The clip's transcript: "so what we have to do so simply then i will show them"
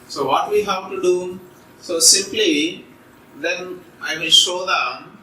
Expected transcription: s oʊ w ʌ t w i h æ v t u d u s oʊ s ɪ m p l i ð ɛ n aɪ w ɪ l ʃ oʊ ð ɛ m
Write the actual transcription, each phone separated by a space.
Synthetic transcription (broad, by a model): s oʊ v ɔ t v i h æ v t u d u s oʊ s ɪ m p l i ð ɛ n aɪ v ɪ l ʃ oʊ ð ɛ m